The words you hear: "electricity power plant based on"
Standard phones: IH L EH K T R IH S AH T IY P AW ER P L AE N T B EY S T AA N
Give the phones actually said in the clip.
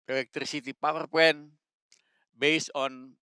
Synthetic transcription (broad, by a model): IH L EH K T R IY S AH T IY P AW ER P EH N B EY S AA N